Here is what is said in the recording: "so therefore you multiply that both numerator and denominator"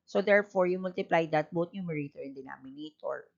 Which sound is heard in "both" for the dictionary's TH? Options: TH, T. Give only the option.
T